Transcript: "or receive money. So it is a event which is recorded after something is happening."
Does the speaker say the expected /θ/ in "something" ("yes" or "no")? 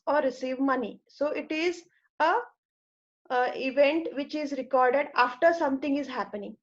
no